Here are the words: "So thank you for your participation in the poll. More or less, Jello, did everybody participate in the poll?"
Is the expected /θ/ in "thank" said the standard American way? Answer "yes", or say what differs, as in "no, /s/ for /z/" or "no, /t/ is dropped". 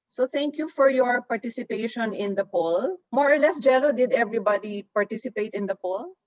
no, /t/ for /θ/